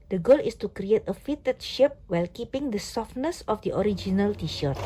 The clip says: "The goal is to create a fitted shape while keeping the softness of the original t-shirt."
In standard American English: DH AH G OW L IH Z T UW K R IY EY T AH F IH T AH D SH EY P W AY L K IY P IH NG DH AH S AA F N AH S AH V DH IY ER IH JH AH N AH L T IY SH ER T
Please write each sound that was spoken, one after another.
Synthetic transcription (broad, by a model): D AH G OW L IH S T UW K R IY EY T AH F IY T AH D SH EY P W AY L K IY P IH NG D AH S AA F N AH S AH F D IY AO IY JH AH N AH L T IY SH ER T